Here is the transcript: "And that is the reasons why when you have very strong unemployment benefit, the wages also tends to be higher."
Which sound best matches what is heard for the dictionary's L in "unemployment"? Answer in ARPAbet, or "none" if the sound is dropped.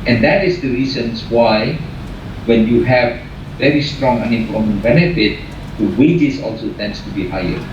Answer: none